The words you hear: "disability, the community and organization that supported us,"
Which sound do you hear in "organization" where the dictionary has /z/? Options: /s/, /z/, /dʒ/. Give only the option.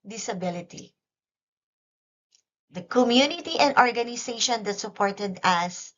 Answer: /s/